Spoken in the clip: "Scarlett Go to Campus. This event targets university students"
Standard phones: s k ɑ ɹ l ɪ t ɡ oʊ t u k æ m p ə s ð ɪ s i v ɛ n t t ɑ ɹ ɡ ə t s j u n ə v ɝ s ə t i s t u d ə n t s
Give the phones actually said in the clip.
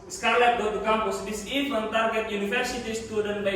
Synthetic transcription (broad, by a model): s k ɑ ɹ l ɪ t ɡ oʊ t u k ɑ m p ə s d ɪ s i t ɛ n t t ɑ ɹ ɡ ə t j u n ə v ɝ s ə t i s t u d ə n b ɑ